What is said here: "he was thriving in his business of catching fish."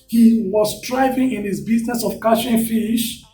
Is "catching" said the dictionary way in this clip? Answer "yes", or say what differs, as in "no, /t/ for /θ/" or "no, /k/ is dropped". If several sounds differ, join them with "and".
no, /ʃ/ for /tʃ/